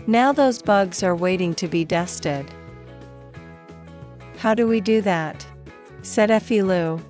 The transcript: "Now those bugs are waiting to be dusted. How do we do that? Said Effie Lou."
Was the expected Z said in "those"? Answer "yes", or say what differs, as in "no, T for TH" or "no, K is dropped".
yes